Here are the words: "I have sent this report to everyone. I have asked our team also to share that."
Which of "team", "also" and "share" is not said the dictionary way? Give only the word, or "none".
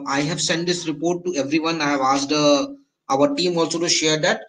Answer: none